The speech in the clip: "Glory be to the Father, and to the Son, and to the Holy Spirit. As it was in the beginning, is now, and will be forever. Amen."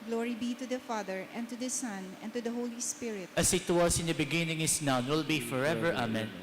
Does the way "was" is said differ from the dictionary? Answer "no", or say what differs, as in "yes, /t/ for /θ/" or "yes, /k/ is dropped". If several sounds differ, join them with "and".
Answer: yes, /s/ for /z/